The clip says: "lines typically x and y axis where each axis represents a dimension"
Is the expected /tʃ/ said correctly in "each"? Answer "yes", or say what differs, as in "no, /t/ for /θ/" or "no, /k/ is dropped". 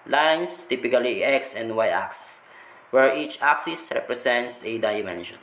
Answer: yes